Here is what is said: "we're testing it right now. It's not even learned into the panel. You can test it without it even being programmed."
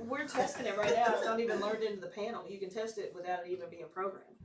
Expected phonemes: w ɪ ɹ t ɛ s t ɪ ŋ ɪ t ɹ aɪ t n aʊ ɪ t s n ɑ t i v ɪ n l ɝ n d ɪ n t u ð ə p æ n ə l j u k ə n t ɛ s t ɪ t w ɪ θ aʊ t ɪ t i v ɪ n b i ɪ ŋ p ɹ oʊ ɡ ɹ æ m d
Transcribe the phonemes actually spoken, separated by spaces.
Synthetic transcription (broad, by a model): w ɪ ɹ t ɛ s t ɪ ŋ ɪ t ɹ aɪ t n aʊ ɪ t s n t i v ɪ n l ɝ n d ɪ n t u ð ə p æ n l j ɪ k ə n t ɛ s t ɪ t w ɪ θ aʊ t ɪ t i v ɪ n b i ɪ ŋ p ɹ oʊ ɡ ɹ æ m